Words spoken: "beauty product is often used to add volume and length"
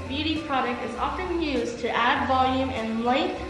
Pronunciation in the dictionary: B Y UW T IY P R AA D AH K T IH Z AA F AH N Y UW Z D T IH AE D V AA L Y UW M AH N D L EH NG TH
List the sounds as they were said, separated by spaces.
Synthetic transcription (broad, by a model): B Y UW T IY P R AA D AH K T IH Z AA F AH N Y UW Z T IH AE D V AA L Y UW M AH N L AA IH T